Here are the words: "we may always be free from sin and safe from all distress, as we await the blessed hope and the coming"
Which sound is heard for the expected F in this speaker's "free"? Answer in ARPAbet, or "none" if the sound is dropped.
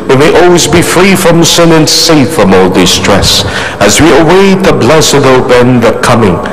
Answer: F